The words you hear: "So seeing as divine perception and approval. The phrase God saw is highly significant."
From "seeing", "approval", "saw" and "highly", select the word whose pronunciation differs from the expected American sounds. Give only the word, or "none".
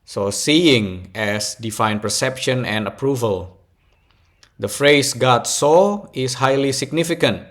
none